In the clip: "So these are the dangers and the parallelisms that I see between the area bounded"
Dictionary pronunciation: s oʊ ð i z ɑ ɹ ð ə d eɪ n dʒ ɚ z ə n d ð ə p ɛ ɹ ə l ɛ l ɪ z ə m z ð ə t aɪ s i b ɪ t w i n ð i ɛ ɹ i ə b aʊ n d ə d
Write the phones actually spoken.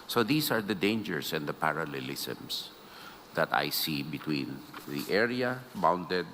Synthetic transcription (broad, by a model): s oʊ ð i s ɑ ɹ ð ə d eɪ n dʒ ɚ s ə n d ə p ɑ ɹ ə l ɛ l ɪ s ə m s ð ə t aɪ s i b ɪ t w i n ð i ɛ ɹ i ə b aʊ n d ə d